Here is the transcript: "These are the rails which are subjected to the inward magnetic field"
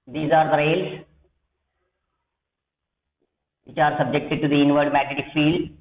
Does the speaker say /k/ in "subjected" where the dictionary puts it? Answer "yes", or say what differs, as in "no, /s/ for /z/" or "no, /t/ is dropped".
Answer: yes